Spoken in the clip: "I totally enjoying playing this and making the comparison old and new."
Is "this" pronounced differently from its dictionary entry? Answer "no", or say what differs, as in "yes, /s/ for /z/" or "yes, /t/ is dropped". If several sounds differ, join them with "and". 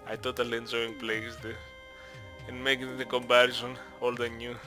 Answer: yes, /s/ is dropped